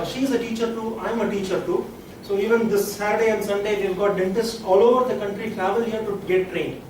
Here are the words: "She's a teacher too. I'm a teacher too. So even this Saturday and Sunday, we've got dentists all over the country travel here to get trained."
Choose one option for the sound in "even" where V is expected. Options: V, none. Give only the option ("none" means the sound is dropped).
V